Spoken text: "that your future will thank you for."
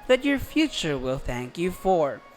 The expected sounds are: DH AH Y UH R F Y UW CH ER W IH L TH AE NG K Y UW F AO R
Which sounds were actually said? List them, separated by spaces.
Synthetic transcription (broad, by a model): DH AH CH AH R F Y UW CH ER W IH L TH AE NG K Y UW F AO R